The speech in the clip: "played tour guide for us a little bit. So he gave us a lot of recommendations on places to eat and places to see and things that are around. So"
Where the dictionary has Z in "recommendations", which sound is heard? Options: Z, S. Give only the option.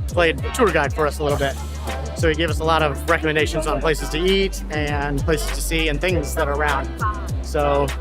Z